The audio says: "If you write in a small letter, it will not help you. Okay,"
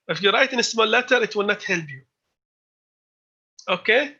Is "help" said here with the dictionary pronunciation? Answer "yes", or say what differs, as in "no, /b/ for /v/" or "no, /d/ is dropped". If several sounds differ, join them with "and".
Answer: no, /b/ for /p/